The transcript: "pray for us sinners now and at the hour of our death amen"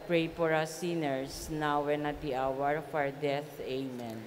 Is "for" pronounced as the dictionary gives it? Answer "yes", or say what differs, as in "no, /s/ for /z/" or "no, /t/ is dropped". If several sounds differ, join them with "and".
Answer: no, /p/ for /f/